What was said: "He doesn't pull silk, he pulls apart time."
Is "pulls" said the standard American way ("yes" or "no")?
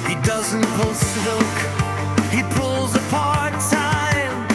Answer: yes